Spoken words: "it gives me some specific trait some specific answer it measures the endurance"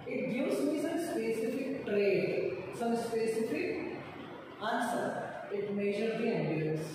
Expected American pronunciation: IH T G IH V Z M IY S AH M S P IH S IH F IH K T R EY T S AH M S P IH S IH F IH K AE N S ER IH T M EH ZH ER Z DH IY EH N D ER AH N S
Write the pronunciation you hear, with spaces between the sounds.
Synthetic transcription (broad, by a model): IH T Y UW Z M IY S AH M S P IH S IH F IH K T R EY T S AH M S P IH S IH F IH K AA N S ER IH T M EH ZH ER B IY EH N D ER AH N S